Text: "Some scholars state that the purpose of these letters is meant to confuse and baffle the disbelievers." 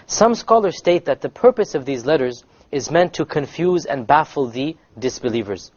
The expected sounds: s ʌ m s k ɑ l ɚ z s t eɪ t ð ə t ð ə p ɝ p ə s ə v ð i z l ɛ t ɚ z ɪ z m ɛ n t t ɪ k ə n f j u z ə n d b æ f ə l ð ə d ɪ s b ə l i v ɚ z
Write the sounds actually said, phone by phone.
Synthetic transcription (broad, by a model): s ʌ m s k ɑ l ɚ z s t eɪ t ð ə t ð ə p ɝ p ə s ə v ð i z l ɛ t ɚ z ɪ z m ɛ n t t ɪ k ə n f j u z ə n b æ f l ð ə d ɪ s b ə l i v ɚ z